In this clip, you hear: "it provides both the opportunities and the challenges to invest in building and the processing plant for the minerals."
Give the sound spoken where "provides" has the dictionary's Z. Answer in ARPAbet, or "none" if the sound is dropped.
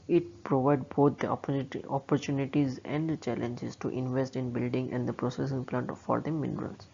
none